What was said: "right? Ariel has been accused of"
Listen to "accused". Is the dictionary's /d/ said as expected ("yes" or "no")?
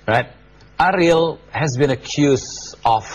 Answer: no